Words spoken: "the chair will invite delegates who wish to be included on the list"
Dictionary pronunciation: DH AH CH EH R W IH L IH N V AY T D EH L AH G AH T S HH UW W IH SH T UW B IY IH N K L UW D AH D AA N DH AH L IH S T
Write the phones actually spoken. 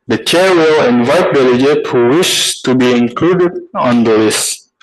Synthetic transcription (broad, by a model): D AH CH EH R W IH L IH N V AY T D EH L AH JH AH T HH UW W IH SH T UW B IY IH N K L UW D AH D AA N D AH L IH S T